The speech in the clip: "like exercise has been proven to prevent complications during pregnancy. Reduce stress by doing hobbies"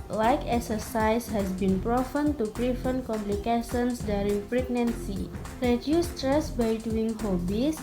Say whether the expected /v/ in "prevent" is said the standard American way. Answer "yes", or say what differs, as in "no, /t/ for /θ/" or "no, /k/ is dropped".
no, /f/ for /v/